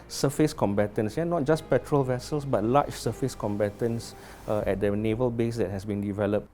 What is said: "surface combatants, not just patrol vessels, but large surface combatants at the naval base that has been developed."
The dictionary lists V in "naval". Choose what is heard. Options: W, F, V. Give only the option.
V